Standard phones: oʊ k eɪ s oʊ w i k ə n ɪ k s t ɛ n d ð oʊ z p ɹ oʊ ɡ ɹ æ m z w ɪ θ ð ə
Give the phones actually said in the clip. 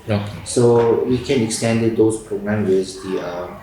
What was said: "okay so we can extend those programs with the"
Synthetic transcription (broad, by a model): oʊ k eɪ s oʊ w i k ə n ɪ k s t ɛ n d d oʊ s p ɹ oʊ ɡ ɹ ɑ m w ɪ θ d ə